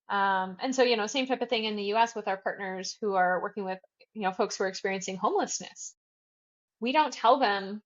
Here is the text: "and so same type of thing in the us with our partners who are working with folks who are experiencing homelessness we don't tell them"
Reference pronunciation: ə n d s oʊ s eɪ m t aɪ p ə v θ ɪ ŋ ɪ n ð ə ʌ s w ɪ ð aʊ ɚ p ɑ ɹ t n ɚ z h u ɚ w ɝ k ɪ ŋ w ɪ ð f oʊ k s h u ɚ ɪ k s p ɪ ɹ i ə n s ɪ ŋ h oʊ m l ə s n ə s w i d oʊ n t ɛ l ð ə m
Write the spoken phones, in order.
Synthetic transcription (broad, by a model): ə n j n oʊ s eɪ m t aɪ p ə v θ ɪ ŋ ɪ n ð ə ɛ s w ɪ ð aʊ ɚ p ɑ ɹ t n ɚ z h u ɚ w ɝ k ɪ ŋ w ɪ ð f oʊ k s h u ɚ ɪ k s p ɪ ɹ i ə n s ɪ ŋ h oʊ m l ə s n ə s w i d oʊ n t ɛ l ð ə m